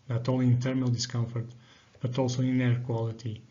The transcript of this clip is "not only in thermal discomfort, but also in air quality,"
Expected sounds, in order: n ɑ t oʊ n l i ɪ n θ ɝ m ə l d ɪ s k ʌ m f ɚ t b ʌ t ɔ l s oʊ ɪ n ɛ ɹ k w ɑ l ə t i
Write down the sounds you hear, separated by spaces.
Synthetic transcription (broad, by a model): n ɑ t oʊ l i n t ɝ m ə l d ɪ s k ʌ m f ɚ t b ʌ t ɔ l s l ɪ n ɛ ɹ k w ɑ l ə t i